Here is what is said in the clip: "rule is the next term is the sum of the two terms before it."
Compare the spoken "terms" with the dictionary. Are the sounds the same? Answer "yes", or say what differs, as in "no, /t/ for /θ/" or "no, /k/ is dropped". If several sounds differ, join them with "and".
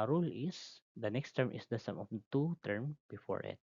no, /z/ is dropped